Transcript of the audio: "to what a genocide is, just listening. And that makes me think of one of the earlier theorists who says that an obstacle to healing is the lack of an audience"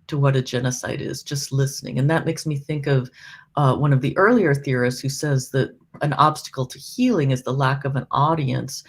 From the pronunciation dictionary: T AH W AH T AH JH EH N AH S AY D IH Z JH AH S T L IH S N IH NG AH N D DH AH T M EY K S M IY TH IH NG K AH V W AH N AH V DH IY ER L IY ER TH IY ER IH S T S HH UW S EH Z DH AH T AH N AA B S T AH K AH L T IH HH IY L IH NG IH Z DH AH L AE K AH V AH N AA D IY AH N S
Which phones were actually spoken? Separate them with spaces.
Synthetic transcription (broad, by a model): T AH W AH T AH JH EH N AH S AY D IH Z JH AH S T L IH S N IH NG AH N DH AH T M EY K S M IY TH IH NG K AH V W AH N AH V DH IY ER L IY ER TH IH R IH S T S HH UW S EH Z DH AH T AH N AA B S T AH K L T IH HH IY L IH NG IH Z DH AH L AE K AH V AH N AA D IY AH N S